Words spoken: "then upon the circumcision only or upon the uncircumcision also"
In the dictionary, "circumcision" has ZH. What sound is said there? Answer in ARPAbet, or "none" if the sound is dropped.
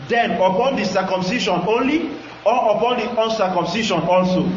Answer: SH